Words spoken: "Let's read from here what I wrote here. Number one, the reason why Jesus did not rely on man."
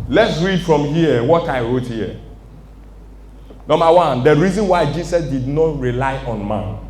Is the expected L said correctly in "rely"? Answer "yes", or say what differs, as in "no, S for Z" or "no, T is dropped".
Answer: yes